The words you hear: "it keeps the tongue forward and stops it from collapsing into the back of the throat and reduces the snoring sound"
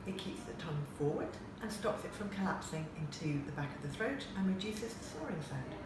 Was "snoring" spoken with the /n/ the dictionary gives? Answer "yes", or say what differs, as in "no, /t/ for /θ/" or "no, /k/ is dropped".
no, /n/ is dropped